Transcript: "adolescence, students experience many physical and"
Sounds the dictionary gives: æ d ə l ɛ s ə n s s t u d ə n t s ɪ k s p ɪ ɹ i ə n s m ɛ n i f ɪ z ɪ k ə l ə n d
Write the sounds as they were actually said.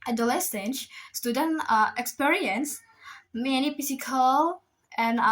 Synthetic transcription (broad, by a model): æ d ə l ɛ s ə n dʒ s t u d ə n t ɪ k s p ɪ ɹ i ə n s m ɛ n i p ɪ s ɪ k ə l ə n